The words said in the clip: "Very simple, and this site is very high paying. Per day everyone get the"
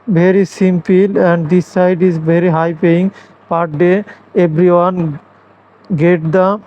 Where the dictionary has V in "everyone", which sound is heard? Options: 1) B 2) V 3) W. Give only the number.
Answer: 1